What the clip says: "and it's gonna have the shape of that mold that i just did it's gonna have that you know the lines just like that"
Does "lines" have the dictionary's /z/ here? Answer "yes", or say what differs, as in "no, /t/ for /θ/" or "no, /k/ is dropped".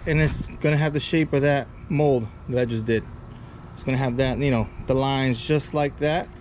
yes